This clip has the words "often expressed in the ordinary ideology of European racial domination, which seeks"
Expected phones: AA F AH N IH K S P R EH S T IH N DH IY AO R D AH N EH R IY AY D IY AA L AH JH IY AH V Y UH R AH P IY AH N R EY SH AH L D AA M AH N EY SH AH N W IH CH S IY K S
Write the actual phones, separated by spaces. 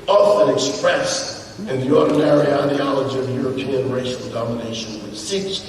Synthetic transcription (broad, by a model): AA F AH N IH K S P R EH S IH N DH IY AO R D N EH R IY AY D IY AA L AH JH IY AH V Y UH R AH P IY AH N R EY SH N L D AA M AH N EY SH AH N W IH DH S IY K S